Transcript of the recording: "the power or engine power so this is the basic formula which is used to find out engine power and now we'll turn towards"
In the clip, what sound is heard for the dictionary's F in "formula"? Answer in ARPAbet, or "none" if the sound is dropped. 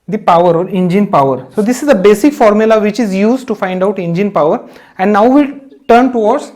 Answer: F